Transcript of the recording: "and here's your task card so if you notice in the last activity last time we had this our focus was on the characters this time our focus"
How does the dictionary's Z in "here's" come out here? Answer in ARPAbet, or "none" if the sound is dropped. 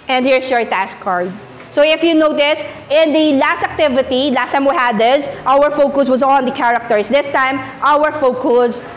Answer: S